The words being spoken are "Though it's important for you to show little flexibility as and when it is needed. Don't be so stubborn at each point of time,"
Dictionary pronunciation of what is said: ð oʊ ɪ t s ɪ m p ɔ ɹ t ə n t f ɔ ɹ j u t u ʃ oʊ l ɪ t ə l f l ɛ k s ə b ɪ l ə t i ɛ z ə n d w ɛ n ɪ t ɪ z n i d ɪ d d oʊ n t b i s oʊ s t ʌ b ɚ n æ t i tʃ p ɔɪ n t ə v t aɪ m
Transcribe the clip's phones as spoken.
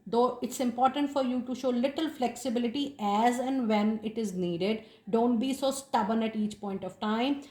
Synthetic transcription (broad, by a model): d oʊ ɪ t s ɪ m p ɔ ɹ t ə n t f ɔ ɹ j u t u ʃ oʊ l ɪ t ə l f l ɛ k s ə b ɪ l ə t i ɛ z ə n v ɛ n ɪ t ɪ z n i d ɪ d d oʊ n t b i s oʊ s t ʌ b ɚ n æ t i tʃ p ɔɪ n t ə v t aɪ m